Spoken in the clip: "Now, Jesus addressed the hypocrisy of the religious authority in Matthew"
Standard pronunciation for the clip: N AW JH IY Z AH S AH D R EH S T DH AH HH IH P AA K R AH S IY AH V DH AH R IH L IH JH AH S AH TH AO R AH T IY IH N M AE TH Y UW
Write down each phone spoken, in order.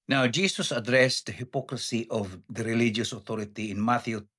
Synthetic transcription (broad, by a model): N AW JH IY S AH S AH D R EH S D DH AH HH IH P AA K R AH S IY AH V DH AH R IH L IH JH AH S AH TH AO R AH T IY IH N M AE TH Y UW